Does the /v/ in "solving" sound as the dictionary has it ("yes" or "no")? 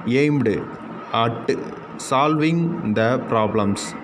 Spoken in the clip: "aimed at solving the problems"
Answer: yes